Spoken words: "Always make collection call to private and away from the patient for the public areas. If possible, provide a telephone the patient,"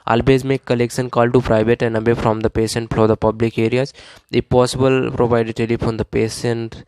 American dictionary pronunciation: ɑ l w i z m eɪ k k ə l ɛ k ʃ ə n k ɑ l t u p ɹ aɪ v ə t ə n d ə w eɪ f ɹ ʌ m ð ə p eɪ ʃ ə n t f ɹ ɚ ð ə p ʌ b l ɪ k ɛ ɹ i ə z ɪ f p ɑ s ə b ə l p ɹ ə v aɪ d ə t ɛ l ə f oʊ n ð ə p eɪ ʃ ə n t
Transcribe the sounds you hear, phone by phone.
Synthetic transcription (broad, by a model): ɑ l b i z m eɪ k k ə l ɛ k ʃ ə n k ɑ l t u p ɹ aɪ v ə t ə n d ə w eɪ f ɹ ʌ m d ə p eɪ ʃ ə n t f l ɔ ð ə p ʌ b l ɪ k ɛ ɹ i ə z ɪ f p ɑ s ə b ə l p ɹ ə v aɪ d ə t ɛ l ə f oʊ n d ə p eɪ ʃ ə n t